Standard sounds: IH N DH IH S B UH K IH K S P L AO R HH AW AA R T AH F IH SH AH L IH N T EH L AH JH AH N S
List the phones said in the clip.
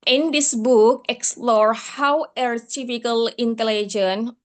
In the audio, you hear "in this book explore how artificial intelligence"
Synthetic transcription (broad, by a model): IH N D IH S B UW K IH K S P L AO R HH AW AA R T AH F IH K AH L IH N T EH L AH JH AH N